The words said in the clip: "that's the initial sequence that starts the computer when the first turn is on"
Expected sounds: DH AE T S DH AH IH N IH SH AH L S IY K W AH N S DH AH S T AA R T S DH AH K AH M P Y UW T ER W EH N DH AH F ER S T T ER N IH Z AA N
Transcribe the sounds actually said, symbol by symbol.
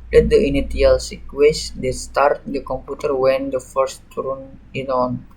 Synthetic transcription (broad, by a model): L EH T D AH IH N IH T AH L S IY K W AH S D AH S T AA R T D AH K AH M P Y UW T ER W EH N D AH F ER S T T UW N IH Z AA N